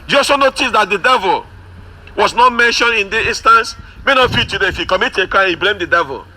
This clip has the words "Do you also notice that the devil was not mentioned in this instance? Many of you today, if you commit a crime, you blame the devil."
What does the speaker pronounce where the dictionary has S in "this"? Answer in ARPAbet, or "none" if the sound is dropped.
none